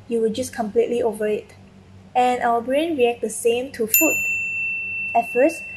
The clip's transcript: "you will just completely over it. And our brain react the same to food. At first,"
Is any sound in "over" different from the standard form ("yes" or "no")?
no